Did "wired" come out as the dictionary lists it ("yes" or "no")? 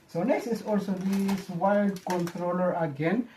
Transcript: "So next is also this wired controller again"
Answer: no